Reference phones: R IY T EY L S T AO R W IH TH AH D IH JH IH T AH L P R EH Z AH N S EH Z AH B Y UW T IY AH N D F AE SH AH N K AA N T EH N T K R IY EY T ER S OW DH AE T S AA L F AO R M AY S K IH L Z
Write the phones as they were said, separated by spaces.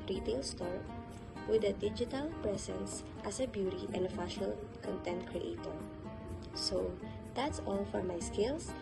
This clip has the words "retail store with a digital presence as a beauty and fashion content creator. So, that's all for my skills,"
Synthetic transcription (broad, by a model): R IY T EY L S T AO R W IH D AH D IH JH IH T AH L P R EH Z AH N S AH S AH B Y UW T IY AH N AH F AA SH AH L K AA N T EH N T K R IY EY T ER S OW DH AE T S AA L F AO R M AY S K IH L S